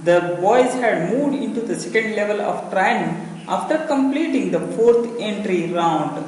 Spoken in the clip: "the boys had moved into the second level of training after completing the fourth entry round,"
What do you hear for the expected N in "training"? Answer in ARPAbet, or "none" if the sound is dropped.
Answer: none